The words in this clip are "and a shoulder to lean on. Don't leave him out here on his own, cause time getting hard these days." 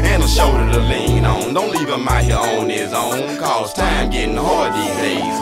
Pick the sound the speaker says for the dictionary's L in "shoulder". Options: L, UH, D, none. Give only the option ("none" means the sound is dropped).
none